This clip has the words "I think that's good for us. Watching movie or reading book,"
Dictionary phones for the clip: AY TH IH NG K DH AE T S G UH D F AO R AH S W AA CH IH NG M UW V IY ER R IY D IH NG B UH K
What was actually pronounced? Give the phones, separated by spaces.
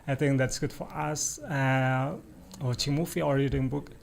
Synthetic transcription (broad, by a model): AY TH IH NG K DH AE T S G UH D F AO R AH S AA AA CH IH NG M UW F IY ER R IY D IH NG B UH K